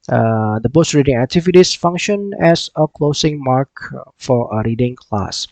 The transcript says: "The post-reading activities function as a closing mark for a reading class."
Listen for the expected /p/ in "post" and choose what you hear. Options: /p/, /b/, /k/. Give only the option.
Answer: /b/